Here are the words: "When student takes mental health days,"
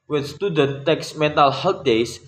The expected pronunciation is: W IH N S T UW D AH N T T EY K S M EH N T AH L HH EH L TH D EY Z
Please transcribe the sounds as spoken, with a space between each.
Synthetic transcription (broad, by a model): W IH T S T UW D AH N T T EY K S M EH N T AH L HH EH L T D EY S